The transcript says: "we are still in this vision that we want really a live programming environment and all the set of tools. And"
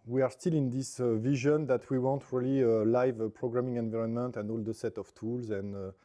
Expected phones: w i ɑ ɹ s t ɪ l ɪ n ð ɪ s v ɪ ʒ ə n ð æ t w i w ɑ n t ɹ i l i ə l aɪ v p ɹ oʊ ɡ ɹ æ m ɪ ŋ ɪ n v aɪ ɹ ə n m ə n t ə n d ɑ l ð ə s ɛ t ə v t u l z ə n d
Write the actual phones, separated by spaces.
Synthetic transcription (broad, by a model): w i ɑ ɹ s t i l ɪ n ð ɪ s v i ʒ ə n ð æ t w i w ɑ n t ɹ i l i ə l aɪ v p ɹ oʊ ɡ ɹ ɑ m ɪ ŋ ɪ n v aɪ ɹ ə n m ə n t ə n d ɑ l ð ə s ɛ t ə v t u l z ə n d